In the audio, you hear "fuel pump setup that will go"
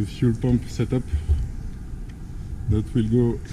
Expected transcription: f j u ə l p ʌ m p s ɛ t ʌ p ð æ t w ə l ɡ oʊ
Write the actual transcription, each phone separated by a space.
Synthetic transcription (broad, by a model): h j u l p ʌ m p s ɛ t ʌ p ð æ t w ə l ɡ oʊ